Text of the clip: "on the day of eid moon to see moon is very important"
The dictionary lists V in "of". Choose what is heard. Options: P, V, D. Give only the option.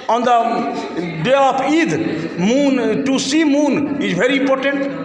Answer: P